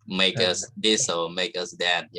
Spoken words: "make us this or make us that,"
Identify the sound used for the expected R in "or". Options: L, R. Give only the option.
L